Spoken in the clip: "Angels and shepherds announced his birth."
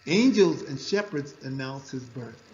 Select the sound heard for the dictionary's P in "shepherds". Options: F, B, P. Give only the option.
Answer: P